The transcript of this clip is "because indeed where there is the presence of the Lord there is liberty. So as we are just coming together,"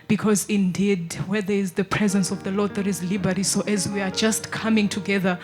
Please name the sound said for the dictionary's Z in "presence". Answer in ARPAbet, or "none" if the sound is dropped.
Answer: Z